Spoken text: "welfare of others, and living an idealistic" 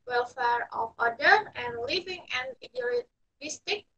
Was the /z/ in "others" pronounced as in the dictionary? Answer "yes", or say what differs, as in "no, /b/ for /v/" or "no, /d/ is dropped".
no, /z/ is dropped